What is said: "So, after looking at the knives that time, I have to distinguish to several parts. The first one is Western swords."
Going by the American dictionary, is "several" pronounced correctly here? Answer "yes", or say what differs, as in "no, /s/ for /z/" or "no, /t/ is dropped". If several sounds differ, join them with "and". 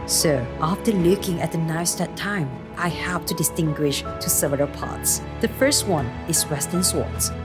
no, /ɹ/ is dropped